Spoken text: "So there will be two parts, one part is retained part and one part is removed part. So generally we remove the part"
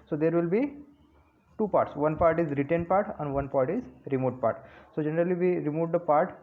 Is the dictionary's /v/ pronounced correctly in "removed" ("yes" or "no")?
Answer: no